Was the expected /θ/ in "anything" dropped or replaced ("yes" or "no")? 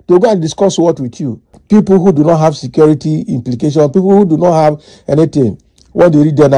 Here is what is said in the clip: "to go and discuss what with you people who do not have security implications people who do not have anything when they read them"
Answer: yes